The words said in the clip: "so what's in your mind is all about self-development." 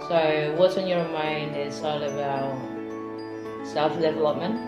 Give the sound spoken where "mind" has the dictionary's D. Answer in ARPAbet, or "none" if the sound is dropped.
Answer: D